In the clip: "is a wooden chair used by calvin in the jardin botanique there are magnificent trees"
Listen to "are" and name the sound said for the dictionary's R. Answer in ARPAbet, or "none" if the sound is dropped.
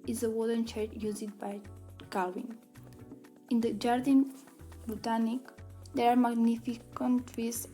R